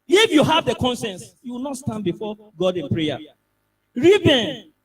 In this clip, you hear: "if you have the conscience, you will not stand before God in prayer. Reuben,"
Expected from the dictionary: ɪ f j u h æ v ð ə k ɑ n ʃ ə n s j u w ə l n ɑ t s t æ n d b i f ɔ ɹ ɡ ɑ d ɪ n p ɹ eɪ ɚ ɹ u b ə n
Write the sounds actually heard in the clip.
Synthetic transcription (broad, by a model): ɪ f j u h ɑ v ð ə k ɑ n s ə n s j u w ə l n ɑ t s t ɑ n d b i f ɔ ɡ ɑ d ɪ n p ɹ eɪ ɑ ɹ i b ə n